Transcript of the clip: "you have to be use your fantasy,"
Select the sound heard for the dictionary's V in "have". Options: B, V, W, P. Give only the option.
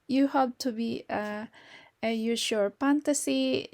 B